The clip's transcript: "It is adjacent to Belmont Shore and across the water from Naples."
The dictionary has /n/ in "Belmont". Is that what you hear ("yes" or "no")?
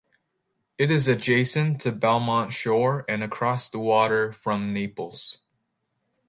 yes